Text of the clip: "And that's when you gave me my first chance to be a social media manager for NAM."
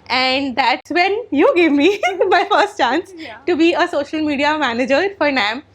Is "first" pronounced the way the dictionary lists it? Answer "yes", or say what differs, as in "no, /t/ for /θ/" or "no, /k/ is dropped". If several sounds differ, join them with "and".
yes